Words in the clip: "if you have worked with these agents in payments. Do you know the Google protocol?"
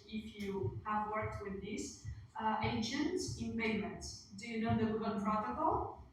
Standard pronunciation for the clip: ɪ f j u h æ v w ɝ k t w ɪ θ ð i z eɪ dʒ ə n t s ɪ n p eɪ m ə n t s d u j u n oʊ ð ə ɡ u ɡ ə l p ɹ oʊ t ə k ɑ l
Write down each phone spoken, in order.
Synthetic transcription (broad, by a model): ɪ f j u h æ v w ɝ k t w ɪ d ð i s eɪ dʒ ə n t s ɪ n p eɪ m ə n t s d u j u n oʊ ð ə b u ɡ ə n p ɹ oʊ t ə k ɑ l